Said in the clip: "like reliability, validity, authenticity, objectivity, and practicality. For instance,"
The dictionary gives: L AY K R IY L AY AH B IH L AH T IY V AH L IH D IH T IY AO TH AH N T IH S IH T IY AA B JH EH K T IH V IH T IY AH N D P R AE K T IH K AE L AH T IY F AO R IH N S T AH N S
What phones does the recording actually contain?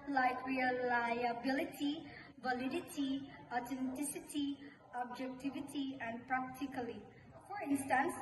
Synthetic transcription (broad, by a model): L AY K R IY L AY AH B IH L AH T IY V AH L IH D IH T IY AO T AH N T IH S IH T IY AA B JH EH K T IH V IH T IY AH N D P R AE K T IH K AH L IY F AO R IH N S T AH N S